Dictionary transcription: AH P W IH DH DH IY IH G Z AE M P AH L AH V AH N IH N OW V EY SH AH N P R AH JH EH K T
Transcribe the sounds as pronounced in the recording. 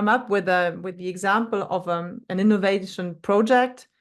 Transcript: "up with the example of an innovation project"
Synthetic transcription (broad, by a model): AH P W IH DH DH IY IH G Z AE M P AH L AH V AH N IH N OW V EY SH AH N P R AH JH EH K T